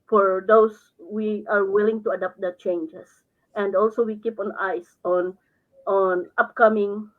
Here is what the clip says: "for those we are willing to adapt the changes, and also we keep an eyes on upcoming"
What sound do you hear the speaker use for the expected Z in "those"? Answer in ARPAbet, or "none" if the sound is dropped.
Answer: S